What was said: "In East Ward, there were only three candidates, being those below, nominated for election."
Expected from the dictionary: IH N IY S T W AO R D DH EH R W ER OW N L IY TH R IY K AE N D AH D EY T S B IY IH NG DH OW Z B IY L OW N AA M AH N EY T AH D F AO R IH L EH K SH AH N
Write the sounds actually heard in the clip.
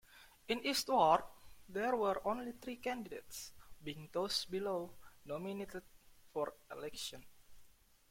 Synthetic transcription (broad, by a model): IH N IY S T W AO R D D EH R W ER OW N L IY T R IY K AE N D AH D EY T S B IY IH NG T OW S B IY L OW N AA M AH N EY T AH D F AO R IH L EH K SH AH N